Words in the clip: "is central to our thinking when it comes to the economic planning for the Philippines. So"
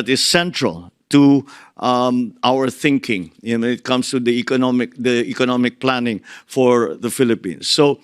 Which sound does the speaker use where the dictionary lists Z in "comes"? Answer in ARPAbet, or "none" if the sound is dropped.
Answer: S